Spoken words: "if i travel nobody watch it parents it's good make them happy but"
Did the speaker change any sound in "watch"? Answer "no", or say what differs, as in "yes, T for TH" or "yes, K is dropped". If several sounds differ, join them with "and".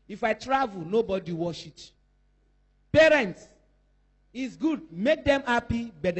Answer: yes, SH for CH